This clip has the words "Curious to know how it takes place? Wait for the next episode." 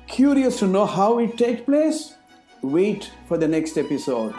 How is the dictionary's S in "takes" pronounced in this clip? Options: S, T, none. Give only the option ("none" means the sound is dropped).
none